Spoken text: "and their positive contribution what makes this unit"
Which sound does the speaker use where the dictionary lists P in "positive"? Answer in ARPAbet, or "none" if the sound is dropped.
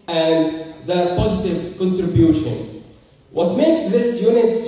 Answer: P